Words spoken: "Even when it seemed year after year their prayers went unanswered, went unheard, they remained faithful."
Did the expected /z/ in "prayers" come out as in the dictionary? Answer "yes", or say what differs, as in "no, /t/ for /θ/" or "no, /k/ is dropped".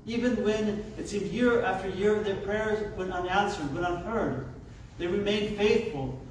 yes